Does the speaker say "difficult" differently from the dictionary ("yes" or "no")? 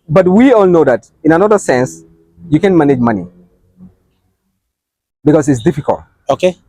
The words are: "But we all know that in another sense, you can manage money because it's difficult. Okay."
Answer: no